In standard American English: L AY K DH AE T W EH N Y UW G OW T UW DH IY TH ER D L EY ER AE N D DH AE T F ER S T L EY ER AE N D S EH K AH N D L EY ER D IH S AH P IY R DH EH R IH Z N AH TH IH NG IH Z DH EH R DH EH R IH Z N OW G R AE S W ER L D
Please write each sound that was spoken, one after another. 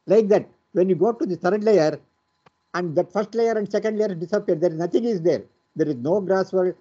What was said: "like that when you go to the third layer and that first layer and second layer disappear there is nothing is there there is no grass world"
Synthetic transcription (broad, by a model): L AY K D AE T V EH N Y UW G OW T UW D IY T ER D L EY ER AE N D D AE T F ER S T L EY ER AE N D S EH K AH N D L EY ER D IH S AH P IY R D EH R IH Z N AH T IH NG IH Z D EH R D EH R IH Z N OW G R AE S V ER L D